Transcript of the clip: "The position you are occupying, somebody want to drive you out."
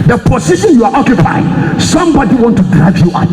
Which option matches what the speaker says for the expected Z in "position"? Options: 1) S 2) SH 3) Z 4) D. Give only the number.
1